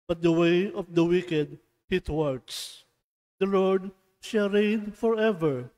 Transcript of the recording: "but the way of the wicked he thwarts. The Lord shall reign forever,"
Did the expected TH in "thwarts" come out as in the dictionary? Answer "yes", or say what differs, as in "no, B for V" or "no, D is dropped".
no, T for TH